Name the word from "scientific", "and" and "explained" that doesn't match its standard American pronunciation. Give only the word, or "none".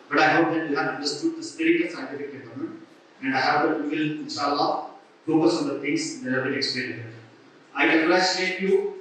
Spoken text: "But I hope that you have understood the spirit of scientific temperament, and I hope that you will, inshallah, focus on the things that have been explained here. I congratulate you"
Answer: explained